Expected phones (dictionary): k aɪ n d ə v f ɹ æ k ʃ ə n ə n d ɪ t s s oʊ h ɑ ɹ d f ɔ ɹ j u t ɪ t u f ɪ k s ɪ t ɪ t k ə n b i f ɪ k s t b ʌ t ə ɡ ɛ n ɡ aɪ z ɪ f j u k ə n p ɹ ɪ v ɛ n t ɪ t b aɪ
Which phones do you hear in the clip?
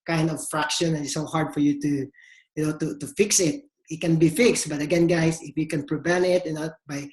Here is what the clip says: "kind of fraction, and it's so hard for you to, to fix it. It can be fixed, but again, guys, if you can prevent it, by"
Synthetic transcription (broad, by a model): k aɪ n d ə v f ɹ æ k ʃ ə n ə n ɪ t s s oʊ h ɑ ɹ d f ɔ ɹ j u t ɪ t u f ɪ k s ɪ t ɪ t k ə n b i f ɪ k s t b ʌ t ə ɡ ɛ n ɡ aɪ s ɪ f j u k ə n p ɹ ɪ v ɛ n t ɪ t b aɪ